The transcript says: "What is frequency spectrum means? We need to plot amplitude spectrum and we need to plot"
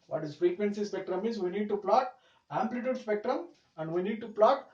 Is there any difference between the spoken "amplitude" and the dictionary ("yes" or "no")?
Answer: no